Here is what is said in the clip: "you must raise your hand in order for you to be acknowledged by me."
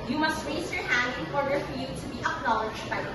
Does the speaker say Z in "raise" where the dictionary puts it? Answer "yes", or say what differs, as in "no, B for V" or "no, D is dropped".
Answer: no, S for Z